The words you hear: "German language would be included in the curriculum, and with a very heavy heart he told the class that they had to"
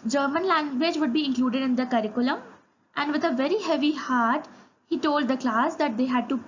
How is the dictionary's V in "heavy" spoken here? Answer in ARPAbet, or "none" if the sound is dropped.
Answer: V